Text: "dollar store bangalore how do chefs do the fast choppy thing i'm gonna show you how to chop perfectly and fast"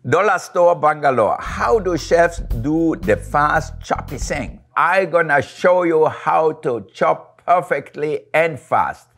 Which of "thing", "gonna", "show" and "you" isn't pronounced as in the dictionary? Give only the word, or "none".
thing